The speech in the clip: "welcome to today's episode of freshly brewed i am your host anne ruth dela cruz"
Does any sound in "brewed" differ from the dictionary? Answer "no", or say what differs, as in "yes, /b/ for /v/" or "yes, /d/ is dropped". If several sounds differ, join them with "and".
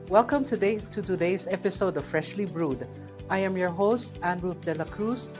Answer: no